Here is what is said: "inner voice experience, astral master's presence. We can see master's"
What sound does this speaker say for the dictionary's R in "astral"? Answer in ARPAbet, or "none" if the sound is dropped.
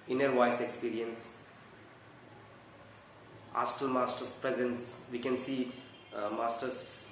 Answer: none